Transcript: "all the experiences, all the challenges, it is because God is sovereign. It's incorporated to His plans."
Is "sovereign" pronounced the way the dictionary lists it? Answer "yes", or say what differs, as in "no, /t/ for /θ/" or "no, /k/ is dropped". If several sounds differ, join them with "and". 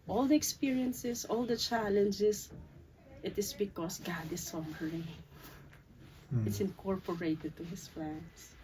no, /n/ is dropped